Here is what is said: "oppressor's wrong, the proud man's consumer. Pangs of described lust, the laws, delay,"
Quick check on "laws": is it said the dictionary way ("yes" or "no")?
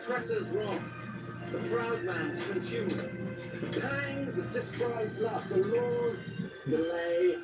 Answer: no